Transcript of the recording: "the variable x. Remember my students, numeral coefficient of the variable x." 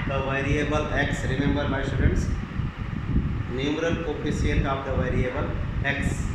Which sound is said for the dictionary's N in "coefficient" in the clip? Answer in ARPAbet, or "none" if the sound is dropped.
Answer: L